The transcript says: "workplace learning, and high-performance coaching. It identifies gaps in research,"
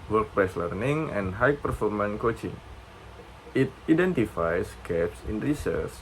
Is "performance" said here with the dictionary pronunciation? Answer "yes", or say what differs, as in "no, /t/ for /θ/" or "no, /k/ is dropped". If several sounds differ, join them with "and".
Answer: no, /s/ is dropped